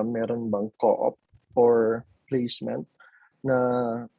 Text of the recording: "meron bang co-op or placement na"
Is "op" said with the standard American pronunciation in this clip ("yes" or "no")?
yes